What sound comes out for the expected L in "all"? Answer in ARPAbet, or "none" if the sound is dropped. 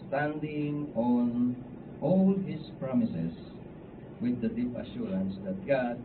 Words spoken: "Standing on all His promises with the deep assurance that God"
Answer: L